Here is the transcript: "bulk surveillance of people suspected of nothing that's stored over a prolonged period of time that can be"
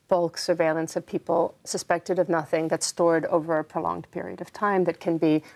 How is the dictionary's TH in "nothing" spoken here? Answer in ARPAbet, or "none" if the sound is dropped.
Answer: TH